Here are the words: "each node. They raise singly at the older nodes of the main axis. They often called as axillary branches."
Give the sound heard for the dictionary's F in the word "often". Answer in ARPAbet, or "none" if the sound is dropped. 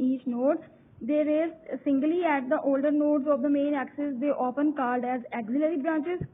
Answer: P